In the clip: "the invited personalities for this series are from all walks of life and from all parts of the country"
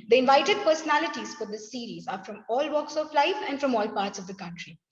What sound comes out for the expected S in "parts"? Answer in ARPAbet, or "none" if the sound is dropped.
S